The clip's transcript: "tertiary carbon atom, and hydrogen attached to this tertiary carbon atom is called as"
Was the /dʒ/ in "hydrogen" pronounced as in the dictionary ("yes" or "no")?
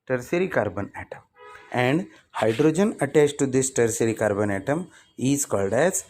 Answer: yes